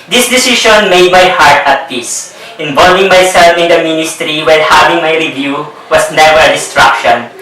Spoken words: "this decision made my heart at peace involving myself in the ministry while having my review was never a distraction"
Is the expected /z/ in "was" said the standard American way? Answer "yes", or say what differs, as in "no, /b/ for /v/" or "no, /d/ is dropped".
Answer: no, /s/ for /z/